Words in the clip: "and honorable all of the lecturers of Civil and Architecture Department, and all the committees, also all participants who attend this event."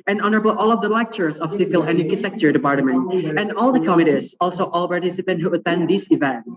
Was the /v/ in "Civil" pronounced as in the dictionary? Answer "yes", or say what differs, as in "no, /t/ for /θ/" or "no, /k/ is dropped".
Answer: no, /f/ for /v/